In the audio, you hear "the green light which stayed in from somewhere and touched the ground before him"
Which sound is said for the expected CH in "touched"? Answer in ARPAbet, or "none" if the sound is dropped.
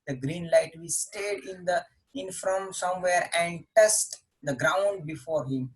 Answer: S